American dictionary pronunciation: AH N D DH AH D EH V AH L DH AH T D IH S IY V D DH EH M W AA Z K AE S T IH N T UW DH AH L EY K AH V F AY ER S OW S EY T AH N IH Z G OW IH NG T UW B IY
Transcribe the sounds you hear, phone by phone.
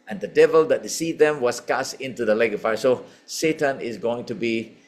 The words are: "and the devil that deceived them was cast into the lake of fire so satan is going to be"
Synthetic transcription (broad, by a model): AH N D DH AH D EH V AH L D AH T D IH S IY D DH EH M W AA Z K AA S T IH N T UW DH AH L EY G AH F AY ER S OW S EY T AH N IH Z G OW IH NG T UW B IY